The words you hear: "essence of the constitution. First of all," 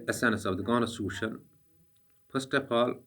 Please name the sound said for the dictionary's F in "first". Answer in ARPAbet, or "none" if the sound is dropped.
P